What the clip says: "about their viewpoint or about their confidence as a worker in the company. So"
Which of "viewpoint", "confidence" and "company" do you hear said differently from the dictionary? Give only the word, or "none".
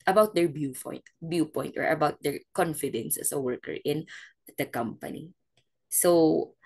viewpoint